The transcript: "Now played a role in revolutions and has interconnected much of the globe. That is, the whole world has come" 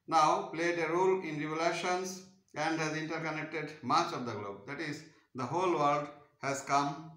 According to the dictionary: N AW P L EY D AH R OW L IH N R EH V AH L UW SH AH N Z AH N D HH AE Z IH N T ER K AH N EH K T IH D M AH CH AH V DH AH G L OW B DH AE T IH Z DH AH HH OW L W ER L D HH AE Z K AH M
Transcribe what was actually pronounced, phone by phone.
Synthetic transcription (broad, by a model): N AW P L EY D AH R OW L IH N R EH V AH L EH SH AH N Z AH N D HH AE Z IH N T ER K AH N EH K T IH D M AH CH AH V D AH G L OW B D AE T IH Z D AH HH OW L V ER L D HH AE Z K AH M